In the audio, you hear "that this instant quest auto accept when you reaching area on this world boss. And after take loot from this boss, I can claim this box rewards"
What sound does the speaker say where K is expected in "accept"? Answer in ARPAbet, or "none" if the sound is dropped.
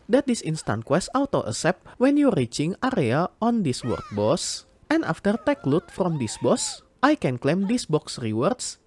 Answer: none